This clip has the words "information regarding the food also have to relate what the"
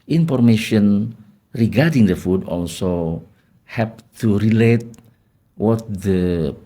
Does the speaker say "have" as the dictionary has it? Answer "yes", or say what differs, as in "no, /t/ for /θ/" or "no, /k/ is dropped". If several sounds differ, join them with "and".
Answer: no, /p/ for /v/